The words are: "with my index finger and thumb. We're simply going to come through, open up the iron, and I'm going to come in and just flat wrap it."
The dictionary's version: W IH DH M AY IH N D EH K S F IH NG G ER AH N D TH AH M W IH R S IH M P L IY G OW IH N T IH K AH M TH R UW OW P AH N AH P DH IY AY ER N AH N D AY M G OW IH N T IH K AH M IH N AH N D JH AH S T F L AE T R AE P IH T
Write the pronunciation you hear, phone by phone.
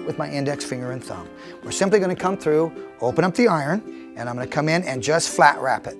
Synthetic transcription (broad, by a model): W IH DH M AY IH N D EH K S F IH NG G ER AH N TH AH M W IH R S IH M P L IY G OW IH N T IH K AH M TH R UW OW P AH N AH P DH IY AY ER N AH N AY M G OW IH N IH K AH M IH N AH N JH AH S T F L AE T R AE P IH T